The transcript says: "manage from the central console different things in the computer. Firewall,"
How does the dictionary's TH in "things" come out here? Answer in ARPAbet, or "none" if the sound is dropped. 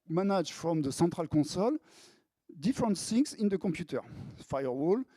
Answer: S